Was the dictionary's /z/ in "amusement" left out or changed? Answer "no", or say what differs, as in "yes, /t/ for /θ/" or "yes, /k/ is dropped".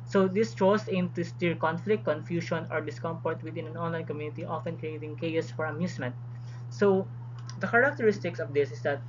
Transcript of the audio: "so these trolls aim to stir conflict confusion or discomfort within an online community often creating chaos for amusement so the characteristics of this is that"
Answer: yes, /s/ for /z/